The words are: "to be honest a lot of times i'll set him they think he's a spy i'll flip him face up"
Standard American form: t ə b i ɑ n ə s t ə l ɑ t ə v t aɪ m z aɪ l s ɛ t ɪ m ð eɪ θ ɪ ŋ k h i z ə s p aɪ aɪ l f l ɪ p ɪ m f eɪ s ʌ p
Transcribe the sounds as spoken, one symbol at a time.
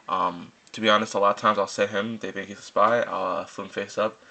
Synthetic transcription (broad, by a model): t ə b i ɑ n ə s t ə l ɑ t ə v t aɪ m z aɪ l s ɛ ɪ ɪ m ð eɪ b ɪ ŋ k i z ə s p aɪ aɪ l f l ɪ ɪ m f eɪ s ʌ p